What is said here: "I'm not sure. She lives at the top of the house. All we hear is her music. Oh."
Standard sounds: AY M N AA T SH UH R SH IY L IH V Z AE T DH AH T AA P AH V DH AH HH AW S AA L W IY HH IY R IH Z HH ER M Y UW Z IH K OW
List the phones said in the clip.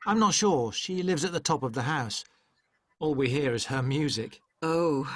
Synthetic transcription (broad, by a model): AY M N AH T SH UH R SH IY L IH V Z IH T DH AH T AA P AH V DH AH HH AW S AA L W IY HH IY R IH Z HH ER M Y UW Z IH K OW